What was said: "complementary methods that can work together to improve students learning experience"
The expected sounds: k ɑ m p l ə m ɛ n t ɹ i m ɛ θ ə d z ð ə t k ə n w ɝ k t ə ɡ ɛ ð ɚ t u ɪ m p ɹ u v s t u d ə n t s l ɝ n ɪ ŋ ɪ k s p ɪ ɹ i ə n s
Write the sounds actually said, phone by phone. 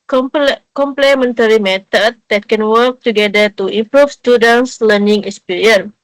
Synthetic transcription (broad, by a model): k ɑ m p l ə m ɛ n t ɹ i m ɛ t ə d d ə t k ə n w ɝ k t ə ɡ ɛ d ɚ t u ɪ m p ɹ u f s t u d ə n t s l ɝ n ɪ ŋ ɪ k s p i ɹ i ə n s